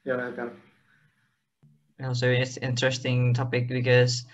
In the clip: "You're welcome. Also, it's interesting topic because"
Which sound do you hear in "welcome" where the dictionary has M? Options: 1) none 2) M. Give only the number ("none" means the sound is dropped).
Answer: 1